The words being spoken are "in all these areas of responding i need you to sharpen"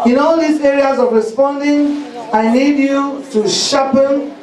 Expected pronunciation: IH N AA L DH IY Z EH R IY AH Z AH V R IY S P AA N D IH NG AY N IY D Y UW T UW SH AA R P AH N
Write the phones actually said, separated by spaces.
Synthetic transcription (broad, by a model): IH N AA L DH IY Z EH R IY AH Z AH V R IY S P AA N D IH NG AY L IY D Y UW T UW SH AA P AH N